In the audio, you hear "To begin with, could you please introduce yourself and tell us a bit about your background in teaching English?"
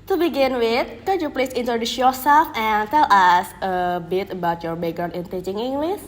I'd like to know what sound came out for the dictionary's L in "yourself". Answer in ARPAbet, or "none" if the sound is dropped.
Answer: none